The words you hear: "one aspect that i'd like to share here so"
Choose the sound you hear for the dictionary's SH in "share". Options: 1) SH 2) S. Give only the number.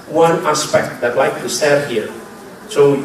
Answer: 2